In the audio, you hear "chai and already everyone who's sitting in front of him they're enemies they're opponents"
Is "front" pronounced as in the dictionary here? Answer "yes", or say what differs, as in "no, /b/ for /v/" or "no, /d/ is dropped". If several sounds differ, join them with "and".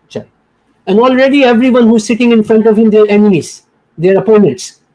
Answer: yes